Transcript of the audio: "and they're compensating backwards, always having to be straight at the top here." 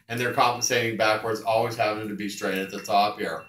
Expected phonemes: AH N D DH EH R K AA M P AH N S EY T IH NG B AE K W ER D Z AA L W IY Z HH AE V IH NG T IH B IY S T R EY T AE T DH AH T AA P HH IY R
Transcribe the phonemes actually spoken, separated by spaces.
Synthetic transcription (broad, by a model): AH N DH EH R K AA M P AH N S EY T IH NG B AE K W ER D Z AA L W IY Z HH AE P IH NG T IH B IY S T R EY T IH T DH AH T AA P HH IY R